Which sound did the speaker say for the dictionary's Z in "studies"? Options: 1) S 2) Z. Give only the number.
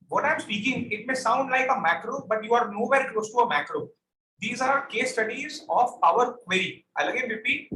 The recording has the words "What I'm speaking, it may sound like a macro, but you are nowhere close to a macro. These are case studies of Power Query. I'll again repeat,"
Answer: 2